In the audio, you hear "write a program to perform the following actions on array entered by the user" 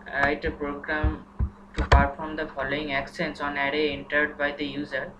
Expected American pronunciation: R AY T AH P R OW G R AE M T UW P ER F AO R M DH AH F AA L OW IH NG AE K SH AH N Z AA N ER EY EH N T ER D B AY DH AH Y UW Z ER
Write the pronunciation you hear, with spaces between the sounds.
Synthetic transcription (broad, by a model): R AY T AH P R OW G R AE M T UW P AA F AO R M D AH F AA L OW IH NG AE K S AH N S AA N ER EY EH N T ER D B AY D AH Y UW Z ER